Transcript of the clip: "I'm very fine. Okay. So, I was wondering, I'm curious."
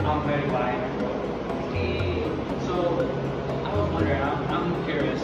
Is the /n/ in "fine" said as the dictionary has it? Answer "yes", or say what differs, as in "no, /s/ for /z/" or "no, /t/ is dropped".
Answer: no, /n/ is dropped